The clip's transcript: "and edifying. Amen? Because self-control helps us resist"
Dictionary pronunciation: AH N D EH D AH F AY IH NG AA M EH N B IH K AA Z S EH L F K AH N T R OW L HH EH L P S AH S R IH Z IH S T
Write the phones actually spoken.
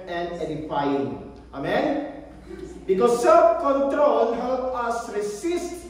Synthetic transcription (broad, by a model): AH N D EH D AH F AY IH NG AA M EH N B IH K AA S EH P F K AH N T R OW L HH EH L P AA S R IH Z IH S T